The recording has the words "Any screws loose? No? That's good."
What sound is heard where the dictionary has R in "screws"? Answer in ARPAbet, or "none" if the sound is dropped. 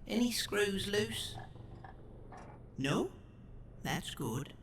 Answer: R